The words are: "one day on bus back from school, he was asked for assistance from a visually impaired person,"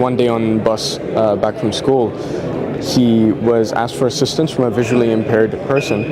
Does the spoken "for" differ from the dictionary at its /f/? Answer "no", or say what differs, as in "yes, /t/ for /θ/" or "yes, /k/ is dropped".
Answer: no